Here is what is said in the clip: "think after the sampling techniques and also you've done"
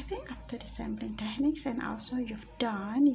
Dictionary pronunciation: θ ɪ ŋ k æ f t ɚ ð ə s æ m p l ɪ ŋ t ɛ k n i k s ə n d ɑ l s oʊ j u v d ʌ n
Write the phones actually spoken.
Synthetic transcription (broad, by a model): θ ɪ ŋ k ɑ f t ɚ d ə s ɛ m b l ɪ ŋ t ɛ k n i k s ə n ɑ l s oʊ j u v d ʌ n